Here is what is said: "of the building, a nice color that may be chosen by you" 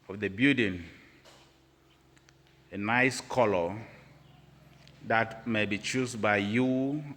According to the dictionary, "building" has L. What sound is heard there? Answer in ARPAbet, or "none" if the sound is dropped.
none